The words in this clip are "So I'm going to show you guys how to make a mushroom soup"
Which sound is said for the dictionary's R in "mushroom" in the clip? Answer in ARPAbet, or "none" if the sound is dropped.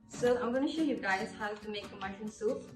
none